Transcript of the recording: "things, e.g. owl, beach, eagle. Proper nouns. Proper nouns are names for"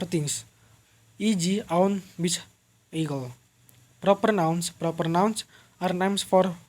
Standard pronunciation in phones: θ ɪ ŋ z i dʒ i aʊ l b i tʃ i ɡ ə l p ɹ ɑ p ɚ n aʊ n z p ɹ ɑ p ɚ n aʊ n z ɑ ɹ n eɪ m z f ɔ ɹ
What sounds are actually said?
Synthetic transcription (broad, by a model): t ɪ ŋ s i dʒ i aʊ n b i s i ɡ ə l p ɹ ɑ p ɚ n aʊ n s p ɹ ɑ p ɚ n aʊ n s ɑ ɹ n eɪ m s f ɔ ɹ